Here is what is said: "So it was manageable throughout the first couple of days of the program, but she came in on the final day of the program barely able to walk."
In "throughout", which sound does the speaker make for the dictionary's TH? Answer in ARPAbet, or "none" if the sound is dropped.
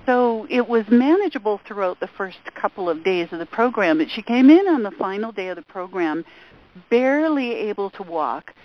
TH